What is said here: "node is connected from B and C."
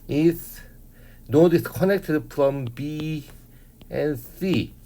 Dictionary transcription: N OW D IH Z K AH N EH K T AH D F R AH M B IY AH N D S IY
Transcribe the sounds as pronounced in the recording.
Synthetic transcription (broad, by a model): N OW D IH S K AH N EH K T AH D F R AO M B IY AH N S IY